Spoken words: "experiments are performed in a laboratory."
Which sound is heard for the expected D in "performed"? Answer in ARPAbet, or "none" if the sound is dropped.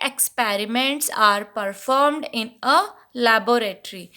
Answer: D